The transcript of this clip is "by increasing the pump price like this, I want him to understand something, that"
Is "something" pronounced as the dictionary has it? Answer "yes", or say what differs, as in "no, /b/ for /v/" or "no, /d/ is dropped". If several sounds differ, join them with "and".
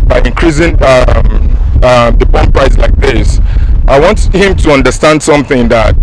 yes